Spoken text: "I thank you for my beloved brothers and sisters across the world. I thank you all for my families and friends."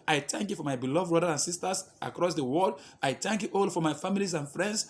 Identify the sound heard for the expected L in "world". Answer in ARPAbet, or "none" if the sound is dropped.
none